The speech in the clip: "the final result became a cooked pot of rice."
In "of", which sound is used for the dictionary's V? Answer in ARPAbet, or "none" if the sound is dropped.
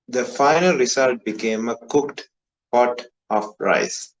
F